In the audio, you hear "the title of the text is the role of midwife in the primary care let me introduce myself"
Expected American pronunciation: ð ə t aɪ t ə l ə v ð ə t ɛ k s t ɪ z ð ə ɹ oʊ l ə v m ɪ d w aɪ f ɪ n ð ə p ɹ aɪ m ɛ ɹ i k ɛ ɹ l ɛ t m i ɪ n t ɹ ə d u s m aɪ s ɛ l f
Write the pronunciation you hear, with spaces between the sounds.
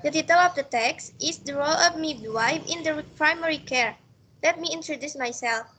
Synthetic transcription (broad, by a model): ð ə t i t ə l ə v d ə t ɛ k s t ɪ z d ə ɹ oʊ l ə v m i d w aɪ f ɪ n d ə p ɹ aɪ m ɛ ɹ i k ɛ ɹ l ɛ t m i ɪ n t ɹ ə d u s m aɪ s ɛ l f